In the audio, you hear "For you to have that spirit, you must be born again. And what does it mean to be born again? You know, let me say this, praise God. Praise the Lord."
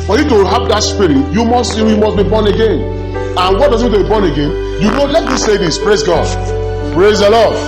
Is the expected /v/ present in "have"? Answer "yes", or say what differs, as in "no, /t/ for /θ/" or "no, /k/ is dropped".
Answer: no, /p/ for /v/